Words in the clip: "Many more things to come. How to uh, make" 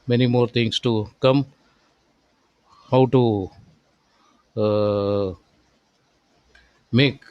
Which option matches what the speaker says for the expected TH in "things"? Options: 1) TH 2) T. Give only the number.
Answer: 2